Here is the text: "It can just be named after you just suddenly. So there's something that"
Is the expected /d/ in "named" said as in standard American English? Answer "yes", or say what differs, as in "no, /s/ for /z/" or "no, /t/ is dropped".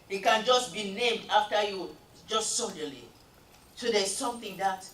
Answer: yes